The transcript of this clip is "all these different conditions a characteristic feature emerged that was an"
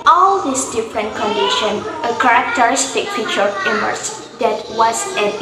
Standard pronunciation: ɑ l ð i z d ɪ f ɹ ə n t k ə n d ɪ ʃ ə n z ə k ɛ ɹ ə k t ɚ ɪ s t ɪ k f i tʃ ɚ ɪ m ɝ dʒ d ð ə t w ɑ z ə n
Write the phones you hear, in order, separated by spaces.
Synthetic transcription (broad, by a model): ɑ l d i s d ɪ f ɹ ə n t k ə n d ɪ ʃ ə n ə k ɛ ɹ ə k t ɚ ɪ s t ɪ k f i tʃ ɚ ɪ m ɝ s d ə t w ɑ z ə